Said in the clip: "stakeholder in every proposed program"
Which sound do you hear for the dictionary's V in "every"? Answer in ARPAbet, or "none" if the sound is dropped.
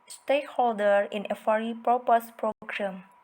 F